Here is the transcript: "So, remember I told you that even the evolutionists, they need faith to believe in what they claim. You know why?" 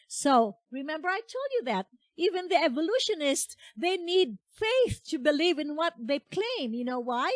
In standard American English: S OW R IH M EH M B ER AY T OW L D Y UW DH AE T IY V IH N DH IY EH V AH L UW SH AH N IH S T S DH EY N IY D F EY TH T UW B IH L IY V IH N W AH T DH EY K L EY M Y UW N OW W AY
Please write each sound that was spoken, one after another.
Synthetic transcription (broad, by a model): S OW R IH M EH M B ER AY T OW L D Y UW DH AE T IY V IH N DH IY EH V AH L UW SH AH N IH S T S DH EY N IY D F EY TH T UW B IH L IY V IH N W AH T DH EY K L EY M Y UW N OW W AY